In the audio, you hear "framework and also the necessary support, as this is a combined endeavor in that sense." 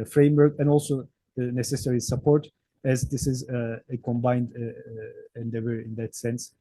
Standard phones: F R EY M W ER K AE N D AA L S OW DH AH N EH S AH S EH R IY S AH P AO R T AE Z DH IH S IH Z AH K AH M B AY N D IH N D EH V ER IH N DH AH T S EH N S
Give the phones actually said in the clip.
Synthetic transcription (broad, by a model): F R EY M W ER K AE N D AA L S OW DH AH N EH S AH S EH R IY S AH P AO R T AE Z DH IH S IH Z AH K AH M B AY N D IH N D EH V ER IH N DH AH T S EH N S